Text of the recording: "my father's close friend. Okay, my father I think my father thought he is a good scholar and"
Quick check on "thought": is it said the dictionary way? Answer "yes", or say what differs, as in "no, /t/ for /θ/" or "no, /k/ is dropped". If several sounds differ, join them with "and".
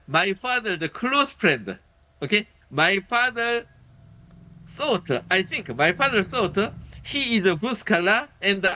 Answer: no, /s/ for /θ/